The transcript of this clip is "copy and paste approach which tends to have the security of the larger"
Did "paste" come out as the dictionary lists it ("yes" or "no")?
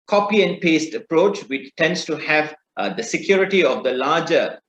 yes